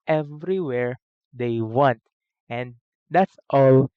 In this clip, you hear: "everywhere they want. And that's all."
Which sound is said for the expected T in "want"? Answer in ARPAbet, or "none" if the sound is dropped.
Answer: T